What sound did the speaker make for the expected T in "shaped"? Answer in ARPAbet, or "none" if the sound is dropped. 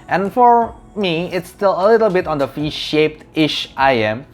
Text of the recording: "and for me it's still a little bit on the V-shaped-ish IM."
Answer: T